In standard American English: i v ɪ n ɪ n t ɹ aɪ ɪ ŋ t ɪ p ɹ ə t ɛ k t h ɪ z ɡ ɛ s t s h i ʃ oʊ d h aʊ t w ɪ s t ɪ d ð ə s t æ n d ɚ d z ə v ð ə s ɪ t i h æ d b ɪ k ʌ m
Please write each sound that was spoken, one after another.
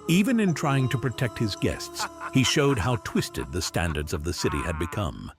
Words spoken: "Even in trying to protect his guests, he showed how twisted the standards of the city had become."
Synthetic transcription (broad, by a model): i v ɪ n ɪ n t ɹ aɪ ɪ ŋ t ɪ p ɹ ə t ɛ k t h ɪ z ɡ ɛ s t s h i ʃ oʊ d h aʊ t w ɪ s t ɪ d ð ə s t æ n d ɚ d z ə v ð ə s ɪ t i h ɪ d b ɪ k ʌ m